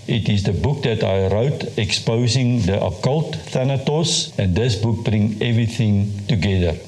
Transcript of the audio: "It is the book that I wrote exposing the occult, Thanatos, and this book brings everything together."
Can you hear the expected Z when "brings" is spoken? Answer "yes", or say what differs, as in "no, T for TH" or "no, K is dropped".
no, Z is dropped